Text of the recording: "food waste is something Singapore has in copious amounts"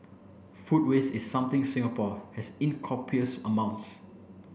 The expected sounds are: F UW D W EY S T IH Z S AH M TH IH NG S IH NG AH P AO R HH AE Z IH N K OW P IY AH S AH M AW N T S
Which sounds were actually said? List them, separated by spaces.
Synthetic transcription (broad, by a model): F UW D W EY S IH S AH M T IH NG S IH NG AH P AO HH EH S IH N K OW P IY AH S AH M AW N T S